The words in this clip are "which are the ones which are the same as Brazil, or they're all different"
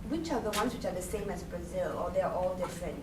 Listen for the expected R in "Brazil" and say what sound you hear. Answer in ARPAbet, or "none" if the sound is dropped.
R